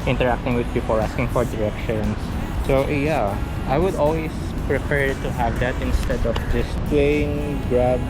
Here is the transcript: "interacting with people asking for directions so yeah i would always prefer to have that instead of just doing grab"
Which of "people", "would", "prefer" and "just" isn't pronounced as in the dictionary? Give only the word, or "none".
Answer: prefer